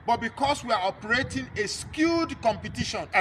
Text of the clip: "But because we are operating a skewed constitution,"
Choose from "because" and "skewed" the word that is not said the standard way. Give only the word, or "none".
because